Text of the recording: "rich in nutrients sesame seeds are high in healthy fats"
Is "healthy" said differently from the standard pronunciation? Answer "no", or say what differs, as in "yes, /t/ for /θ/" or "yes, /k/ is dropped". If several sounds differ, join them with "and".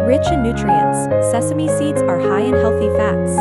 no